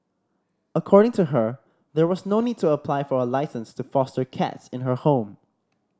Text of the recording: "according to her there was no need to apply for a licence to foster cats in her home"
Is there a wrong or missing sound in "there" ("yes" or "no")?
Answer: no